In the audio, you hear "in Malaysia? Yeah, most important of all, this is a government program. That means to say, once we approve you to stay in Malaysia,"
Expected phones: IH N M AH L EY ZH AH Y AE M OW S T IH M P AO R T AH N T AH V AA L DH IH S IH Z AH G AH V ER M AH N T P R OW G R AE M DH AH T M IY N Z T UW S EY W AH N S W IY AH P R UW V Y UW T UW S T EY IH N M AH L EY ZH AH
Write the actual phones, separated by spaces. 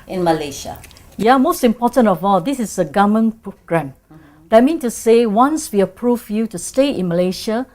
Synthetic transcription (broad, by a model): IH N M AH L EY SH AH Y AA M OW S T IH M P AO T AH N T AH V AA L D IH S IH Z AH G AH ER M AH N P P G R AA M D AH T M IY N T UW S EY W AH N S W IY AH P R UW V Y UW T UW S T EY IH N M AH L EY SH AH